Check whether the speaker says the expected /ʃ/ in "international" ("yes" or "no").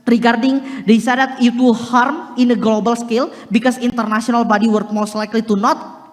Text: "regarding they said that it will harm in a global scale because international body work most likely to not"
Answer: no